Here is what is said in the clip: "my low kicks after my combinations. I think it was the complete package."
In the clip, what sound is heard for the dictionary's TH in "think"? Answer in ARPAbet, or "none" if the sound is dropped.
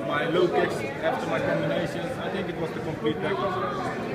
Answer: T